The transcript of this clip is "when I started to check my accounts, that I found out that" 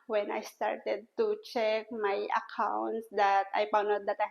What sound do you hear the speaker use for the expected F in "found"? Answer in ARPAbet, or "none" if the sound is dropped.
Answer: P